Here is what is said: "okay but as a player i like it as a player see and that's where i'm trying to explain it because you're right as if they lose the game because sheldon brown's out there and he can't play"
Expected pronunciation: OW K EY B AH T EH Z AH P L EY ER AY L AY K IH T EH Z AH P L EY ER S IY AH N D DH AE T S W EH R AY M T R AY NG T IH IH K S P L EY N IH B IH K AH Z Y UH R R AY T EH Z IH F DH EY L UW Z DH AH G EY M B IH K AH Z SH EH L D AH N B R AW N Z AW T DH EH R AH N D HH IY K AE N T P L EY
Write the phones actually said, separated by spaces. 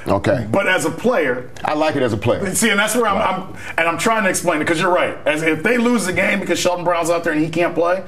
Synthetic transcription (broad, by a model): OW K EY B AH T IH Z AH P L EY ER AY L AY K IH T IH Z AH P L EY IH S IY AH N DH AE T S W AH R AY M T R AY NG T IH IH K S P L EY IH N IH K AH Z Y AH R R AY T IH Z IH F DH EY L UW Z DH AH G EY M B IH K AH Z SH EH L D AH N B R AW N Z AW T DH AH R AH N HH IY K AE N P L EY